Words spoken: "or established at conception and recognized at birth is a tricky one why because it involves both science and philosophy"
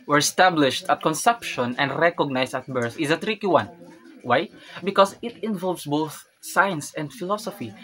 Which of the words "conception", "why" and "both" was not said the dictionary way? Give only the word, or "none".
none